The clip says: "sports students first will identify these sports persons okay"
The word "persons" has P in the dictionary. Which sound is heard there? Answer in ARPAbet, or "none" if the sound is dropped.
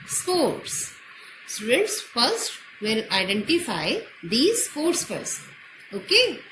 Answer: F